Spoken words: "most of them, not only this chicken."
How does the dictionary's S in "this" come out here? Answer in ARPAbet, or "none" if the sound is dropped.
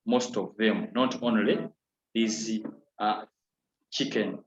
none